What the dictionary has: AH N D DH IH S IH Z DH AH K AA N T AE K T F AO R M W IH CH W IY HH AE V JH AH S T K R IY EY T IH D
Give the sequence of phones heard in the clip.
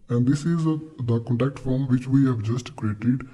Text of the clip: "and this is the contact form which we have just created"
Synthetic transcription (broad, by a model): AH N D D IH S IH Z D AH K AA N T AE K T F AO R M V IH CH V IY HH AE V JH AH S T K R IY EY T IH D